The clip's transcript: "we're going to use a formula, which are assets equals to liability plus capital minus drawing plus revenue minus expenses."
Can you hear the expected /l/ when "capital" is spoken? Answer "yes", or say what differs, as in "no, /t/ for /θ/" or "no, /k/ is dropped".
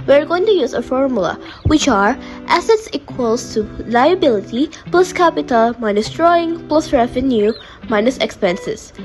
yes